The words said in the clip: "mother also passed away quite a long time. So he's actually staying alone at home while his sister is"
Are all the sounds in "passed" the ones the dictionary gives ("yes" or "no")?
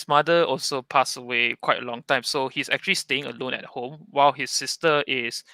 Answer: no